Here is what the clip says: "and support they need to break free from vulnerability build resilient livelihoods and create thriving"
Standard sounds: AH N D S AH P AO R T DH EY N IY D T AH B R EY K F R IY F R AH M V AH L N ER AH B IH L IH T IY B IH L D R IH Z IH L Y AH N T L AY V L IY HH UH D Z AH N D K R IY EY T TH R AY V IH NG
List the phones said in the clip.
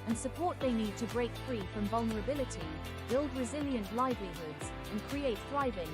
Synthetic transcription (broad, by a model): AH N S AH P AO R T DH EY N IY D T AH B R EY K F R IY F R AH M V AH L N ER AH B IH L IH T IY B IH L D R IH Z IH L Y AH N T L AY V L IY HH UH D Z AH N K R IY EY T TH R AY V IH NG